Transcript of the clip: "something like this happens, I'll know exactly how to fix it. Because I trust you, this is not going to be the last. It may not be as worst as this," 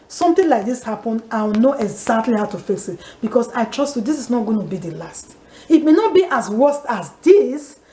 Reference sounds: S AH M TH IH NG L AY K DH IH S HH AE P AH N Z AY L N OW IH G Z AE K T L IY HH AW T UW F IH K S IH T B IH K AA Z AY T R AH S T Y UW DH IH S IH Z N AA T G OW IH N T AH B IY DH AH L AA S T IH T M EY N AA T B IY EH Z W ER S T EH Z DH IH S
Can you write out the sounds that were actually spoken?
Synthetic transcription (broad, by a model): S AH M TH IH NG L AY K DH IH S HH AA P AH N AY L N OW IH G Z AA K T L IY HH AW T UW F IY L S IH T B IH K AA S AY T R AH S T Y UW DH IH S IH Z N AA T G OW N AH B IY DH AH L AA S T IH T M EY N AA T B IY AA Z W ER S T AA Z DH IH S